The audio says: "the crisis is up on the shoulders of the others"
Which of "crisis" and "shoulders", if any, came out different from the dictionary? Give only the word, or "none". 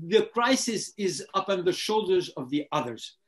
none